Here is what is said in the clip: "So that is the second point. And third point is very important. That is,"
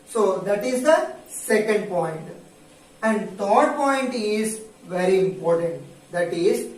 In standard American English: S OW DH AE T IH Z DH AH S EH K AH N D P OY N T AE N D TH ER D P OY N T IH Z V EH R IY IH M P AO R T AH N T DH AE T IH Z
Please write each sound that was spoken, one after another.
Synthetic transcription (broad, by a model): S OW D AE T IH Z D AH S EH K AH N D P OY N T AE N D T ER D P OY N T IH Z V EH R IY IH M P AO R T AH N T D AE T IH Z